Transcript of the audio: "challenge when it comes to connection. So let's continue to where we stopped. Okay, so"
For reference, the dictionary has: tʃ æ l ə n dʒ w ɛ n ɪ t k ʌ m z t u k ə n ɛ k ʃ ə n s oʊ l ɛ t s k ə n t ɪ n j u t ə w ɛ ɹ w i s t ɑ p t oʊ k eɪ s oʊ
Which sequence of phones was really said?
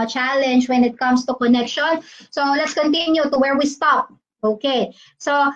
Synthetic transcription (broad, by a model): tʃ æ l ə n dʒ w ɛ n ɪ t k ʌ m s t u k ə n ɛ k ʃ ə n s oʊ l ɛ t s k ə n t ɪ n j u t ə w ɛ ɹ w i s t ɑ p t oʊ k eɪ s oʊ